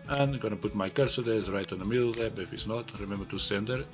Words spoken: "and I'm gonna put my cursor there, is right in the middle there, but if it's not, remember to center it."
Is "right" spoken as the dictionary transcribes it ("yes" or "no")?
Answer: yes